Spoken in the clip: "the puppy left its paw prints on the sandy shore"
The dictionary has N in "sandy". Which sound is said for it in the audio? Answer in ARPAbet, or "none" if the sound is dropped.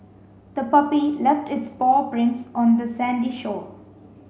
N